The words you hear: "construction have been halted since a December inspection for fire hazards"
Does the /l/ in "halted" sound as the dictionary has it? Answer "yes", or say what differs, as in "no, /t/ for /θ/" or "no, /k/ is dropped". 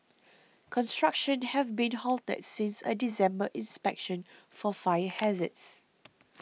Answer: yes